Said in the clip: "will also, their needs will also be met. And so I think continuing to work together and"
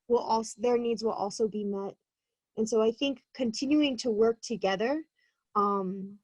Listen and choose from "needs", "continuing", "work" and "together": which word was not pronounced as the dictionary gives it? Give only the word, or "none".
none